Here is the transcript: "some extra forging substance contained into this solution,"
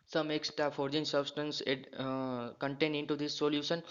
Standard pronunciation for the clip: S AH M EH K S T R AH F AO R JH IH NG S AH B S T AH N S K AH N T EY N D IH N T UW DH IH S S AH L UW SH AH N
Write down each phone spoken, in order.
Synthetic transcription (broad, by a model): S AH M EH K S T AH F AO R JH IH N S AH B S T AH N S K AH N T EY N D IH N T UW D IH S S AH L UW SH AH N